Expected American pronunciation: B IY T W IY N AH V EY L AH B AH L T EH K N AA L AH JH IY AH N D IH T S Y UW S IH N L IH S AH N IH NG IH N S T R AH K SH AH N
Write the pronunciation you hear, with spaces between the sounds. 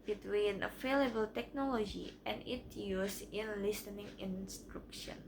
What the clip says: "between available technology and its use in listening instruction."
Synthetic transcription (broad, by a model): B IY T W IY N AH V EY L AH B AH L T EH K N AA L AH JH IY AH N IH T Y UW S IH N L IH S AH N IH NG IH N S T R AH K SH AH N